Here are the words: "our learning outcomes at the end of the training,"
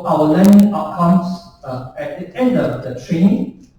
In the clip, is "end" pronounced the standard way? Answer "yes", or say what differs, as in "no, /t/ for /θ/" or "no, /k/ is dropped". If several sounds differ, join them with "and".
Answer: yes